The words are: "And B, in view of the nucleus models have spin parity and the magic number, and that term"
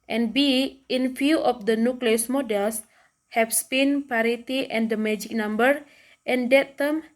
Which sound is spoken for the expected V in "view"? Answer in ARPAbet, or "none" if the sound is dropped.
F